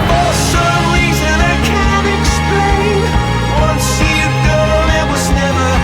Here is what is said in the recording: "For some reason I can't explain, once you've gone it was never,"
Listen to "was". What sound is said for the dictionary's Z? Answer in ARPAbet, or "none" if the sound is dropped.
Z